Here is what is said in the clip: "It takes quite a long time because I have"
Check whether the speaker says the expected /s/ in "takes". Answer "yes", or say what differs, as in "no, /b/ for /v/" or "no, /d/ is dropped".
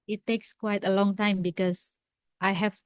yes